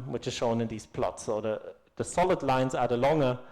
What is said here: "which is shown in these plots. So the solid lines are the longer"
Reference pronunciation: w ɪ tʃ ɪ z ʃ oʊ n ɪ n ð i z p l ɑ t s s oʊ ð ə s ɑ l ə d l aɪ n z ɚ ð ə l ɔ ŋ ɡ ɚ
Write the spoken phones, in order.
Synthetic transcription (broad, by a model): w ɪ tʃ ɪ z ʃ oʊ n ɪ n ð i z p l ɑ t s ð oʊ ð ə s ɑ l ə d l aɪ n z ɚ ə l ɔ ŋ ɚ